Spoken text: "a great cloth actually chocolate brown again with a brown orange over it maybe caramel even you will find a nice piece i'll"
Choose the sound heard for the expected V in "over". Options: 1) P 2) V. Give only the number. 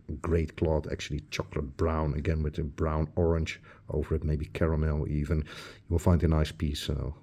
2